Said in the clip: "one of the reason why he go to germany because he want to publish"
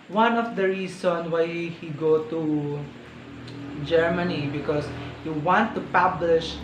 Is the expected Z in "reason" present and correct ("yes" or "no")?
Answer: no